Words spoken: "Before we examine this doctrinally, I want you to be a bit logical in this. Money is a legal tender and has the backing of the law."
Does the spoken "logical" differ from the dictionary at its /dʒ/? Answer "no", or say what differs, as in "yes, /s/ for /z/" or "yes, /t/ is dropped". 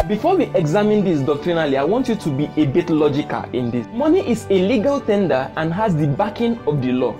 no